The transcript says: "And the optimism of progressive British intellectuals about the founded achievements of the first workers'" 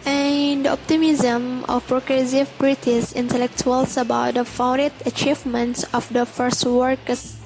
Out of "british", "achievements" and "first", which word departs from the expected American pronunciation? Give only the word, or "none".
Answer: british